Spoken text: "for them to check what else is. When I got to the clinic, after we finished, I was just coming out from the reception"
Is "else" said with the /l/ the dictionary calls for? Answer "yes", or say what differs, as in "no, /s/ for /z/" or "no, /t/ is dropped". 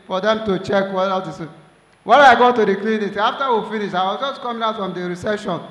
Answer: no, /l/ is dropped